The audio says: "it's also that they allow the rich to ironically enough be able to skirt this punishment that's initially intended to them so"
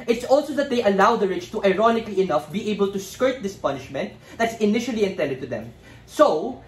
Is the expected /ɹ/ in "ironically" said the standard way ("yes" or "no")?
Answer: yes